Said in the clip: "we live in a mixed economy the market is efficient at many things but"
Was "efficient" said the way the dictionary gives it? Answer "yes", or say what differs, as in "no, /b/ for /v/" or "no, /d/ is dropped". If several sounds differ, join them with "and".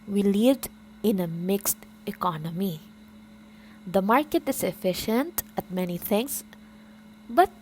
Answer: yes